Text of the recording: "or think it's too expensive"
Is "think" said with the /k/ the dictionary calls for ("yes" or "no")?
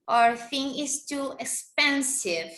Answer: no